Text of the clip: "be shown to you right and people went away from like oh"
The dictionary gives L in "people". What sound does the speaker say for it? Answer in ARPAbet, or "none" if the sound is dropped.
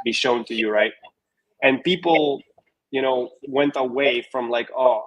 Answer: N